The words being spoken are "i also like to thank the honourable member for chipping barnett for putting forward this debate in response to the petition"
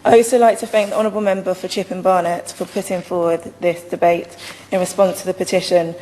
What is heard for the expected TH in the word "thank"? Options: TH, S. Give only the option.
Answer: TH